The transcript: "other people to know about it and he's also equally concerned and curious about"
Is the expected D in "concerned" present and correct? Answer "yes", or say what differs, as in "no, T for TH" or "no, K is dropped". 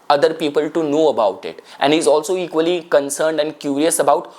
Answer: yes